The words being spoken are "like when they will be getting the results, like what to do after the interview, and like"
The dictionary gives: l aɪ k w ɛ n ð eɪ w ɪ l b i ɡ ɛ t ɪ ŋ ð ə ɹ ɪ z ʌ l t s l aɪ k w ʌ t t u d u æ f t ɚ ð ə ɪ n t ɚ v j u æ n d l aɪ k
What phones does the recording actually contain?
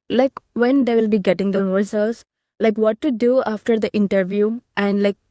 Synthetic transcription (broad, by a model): l aɪ k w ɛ n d eɪ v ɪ l b i ɡ ɛ t ɪ ŋ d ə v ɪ s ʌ l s l aɪ k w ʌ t t u d u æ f t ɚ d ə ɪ n t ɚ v j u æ n d l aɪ k